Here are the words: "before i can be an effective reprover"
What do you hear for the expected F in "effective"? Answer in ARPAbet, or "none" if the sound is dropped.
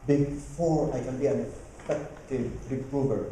P